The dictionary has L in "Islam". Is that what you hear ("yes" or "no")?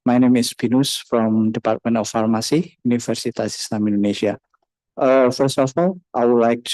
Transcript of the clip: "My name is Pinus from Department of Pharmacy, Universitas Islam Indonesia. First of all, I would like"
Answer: no